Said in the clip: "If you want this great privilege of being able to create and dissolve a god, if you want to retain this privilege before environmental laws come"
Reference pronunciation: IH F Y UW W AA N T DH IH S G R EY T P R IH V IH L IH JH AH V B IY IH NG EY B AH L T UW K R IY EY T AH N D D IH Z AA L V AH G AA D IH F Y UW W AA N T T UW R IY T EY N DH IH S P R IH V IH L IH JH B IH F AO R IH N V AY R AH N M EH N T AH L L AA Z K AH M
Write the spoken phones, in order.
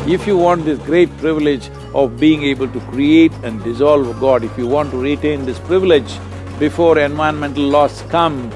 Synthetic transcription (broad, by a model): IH F Y UW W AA N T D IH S G R EY T P R IH V IH L IH JH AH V B IY IH NG EY B AH L T UW K R IY EY T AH N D D IH Z AA L V G AA D IH F Y UW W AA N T T UW R IY T EY N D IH S P R IH V IH L IH JH B IH F AO R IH N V AY AH N M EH N T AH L L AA S K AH M